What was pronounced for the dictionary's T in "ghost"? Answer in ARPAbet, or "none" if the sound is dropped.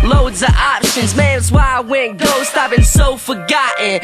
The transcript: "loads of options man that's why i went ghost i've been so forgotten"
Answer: T